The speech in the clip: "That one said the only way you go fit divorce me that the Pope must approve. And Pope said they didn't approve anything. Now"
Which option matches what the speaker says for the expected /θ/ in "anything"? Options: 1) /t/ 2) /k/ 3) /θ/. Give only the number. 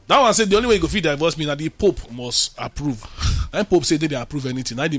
1